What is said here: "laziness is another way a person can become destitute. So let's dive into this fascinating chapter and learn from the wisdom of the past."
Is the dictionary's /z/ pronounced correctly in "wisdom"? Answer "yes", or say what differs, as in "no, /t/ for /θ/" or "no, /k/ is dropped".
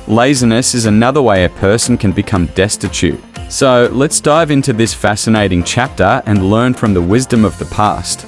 yes